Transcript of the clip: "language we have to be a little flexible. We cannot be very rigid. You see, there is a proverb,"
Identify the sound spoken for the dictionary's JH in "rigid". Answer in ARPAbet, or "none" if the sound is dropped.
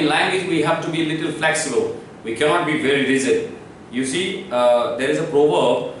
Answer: Z